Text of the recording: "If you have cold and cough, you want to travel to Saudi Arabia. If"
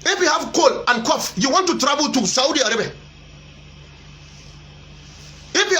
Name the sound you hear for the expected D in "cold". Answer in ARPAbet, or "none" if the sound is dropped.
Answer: none